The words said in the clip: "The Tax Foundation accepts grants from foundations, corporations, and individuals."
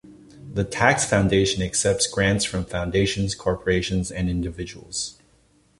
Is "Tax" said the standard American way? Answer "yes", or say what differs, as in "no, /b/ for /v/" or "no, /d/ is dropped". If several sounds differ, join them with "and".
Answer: yes